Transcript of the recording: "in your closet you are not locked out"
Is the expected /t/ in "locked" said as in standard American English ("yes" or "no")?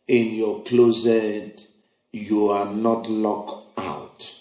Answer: no